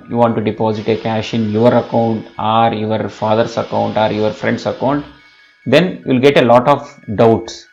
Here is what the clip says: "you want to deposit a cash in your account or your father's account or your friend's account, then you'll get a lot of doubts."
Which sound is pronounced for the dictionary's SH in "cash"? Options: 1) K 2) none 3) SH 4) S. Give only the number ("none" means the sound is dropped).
3